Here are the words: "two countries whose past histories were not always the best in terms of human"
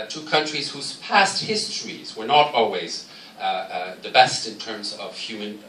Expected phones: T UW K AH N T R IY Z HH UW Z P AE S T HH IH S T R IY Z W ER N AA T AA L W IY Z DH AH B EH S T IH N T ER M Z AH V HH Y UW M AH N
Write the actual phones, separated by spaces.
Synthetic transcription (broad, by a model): T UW K AH N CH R IY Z HH UW Z P AE S T HH IH S T R IY Z W ER N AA T AA L W IY Z DH AH B EH S T IH N T ER M Z AH V HH Y UW M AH N